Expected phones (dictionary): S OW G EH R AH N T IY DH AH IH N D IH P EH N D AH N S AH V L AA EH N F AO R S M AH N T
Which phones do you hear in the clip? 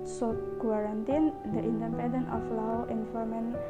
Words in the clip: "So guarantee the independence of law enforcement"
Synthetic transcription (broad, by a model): S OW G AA R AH N T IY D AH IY N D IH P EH N D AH N AH F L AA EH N F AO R M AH N